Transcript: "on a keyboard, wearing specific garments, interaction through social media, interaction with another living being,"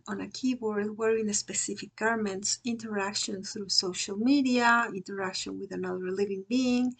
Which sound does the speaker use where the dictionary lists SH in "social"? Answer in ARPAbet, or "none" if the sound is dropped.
SH